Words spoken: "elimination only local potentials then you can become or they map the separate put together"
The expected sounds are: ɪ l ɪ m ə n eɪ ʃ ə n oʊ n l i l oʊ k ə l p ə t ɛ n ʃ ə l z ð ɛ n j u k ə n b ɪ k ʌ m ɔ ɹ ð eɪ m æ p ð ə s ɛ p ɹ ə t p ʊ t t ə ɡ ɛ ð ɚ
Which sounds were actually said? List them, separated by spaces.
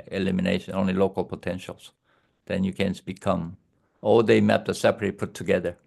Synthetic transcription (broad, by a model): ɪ l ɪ m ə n eɪ ʃ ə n oʊ n l i l oʊ k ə l p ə t ɛ n ʃ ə l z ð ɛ n j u k ə n b ɪ k ʌ m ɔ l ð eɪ m æ p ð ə s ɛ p ə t p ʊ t t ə ɡ ɛ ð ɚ